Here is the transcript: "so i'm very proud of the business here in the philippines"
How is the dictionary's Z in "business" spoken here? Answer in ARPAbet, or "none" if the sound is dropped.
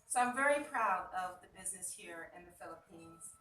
Z